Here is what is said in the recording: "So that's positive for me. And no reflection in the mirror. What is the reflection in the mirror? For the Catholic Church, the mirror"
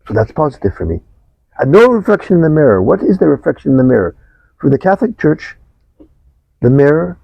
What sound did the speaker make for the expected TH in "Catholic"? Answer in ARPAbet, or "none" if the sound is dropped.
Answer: TH